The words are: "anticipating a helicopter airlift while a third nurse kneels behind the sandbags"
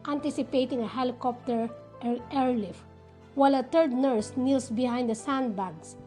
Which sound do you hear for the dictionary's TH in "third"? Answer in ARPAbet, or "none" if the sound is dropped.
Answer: T